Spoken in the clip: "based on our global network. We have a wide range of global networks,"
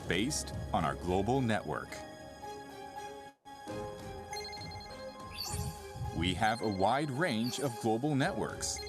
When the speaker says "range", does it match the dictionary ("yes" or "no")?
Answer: yes